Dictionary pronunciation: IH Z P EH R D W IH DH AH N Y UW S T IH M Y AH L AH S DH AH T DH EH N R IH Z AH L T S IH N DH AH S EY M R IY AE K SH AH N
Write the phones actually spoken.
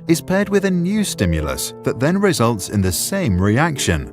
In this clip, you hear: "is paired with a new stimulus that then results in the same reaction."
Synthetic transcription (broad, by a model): IH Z P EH D W IH DH AH N Y UW S T IH M Y AH L AH S DH AH T DH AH N R IH Z AH L T S IH N DH AH S EY M R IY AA K SH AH N